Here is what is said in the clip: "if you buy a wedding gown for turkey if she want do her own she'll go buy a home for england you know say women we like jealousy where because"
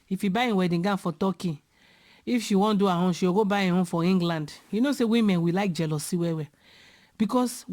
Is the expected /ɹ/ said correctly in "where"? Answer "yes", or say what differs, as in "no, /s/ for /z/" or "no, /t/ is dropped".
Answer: no, /w/ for /ɹ/